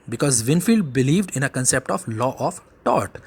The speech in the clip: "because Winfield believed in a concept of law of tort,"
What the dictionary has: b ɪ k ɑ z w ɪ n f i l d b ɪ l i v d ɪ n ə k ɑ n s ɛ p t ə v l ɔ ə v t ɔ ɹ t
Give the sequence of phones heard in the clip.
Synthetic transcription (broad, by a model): b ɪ k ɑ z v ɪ n f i l d b ɪ l i v d ɪ n ə k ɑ n s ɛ p t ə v l ɔ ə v t ɔ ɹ t